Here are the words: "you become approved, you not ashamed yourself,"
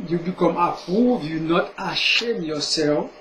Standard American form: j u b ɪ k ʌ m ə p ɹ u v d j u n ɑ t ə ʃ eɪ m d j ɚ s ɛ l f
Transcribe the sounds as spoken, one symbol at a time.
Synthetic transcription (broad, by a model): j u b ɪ k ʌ m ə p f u d j u n ɑ t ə ʃ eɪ m j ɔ s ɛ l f